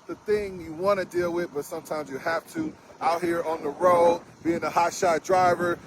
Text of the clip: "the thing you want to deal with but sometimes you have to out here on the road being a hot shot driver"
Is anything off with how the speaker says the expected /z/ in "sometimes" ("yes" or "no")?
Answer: no